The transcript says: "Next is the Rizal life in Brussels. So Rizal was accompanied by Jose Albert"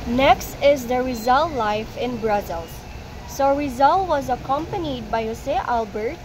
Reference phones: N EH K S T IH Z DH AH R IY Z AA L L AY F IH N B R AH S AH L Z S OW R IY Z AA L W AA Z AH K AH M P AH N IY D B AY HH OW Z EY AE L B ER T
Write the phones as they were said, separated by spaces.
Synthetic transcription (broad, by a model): N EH K S T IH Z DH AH R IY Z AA L L AY F IH N B R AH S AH L S OW R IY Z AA L W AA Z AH K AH M P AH N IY D B AY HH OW S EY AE L B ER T